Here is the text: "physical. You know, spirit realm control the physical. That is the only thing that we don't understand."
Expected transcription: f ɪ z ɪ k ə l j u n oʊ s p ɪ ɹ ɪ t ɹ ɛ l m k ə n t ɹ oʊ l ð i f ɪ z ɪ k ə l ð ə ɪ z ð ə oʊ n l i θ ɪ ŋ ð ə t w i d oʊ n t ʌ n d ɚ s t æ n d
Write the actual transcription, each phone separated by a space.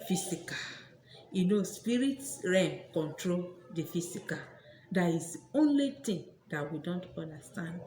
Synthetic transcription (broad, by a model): f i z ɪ k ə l j u n oʊ s p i ɹ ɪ t ɹ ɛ m k ə n t ɹ oʊ l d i f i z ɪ k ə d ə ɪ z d oʊ n l i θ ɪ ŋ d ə t w i d oʊ n t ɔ n d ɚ s t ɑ n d